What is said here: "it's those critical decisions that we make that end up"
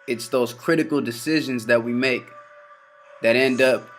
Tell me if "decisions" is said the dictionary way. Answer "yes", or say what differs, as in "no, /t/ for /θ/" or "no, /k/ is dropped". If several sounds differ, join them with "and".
yes